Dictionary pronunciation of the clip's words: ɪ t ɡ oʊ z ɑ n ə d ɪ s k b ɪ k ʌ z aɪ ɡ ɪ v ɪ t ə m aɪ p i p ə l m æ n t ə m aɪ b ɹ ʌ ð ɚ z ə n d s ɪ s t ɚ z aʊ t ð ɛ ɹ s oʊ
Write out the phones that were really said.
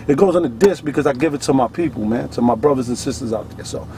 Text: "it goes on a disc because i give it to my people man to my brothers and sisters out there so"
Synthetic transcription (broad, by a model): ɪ t ɡ oʊ z n ə d ɪ s k b ɪ k ʌ z aɪ ɡ ɪ v ɪ t ə m aɪ p i p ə l m æ n t ə m aɪ b ɹ ʌ ð ɚ z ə n s ɪ s t ɚ z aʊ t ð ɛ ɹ s oʊ